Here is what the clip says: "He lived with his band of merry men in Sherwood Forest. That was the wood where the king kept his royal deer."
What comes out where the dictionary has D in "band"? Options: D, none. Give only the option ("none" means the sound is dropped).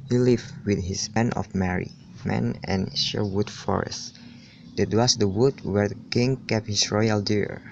none